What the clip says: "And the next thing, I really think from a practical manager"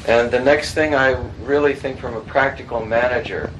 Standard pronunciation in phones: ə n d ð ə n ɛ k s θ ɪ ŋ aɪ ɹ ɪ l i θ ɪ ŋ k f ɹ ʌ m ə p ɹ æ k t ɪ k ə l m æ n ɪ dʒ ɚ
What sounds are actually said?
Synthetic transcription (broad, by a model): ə n ð ə n ɛ k s θ ɪ ŋ aɪ ɹ ɪ l i θ ɪ ŋ k f ɹ ʌ m ə p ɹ æ k t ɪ k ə l m æ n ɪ dʒ ɚ